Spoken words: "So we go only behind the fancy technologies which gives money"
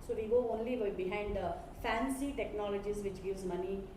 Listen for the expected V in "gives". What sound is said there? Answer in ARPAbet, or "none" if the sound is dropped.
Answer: none